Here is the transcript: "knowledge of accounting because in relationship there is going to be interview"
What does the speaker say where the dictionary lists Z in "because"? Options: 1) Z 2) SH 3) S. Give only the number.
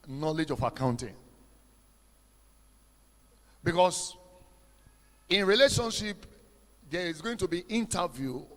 3